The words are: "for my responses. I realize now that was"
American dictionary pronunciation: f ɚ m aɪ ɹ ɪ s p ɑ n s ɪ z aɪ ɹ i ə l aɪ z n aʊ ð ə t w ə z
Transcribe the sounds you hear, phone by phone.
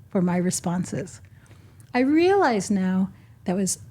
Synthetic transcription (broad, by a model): f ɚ m aɪ ɹ ɪ s p ɑ n s ɪ z aɪ ɹ i ə l aɪ z n aʊ ð ə t w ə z